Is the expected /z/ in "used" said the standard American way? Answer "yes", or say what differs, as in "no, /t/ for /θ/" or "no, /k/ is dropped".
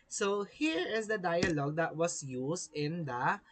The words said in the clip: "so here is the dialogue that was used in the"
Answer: no, /s/ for /z/